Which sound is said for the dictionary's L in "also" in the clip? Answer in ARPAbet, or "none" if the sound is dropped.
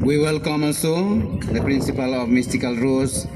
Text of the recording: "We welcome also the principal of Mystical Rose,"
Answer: N